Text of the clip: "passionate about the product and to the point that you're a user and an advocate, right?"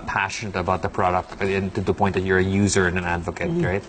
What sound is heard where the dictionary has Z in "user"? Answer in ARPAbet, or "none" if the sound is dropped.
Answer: Z